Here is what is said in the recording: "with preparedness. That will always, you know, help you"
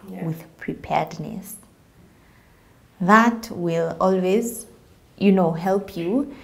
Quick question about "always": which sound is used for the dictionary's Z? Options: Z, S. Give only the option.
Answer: Z